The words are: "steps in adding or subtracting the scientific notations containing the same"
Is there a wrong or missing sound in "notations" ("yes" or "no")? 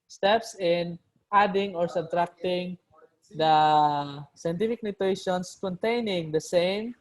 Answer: yes